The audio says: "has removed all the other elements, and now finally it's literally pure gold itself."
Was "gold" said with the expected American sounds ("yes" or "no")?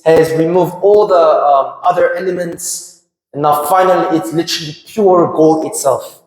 no